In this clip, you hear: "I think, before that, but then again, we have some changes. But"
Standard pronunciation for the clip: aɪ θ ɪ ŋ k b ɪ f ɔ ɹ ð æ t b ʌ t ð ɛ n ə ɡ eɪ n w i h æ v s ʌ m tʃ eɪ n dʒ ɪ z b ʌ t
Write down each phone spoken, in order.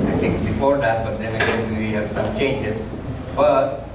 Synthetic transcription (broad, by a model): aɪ t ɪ ŋ k b ɪ f ɔ ɹ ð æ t b ʌ t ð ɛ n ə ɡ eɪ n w i h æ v s ʌ m tʃ eɪ n dʒ ɪ z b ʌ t